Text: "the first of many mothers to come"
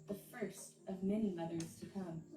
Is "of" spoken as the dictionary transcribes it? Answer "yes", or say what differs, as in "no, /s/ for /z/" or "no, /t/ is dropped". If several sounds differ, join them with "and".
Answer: yes